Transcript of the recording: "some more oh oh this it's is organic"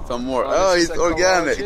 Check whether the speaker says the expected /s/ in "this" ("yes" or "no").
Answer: no